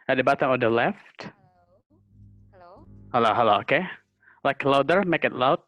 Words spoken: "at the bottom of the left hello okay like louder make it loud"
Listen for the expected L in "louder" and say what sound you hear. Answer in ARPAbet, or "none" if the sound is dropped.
L